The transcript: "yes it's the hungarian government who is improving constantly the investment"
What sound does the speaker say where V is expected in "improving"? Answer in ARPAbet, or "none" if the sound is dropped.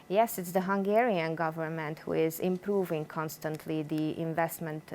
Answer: V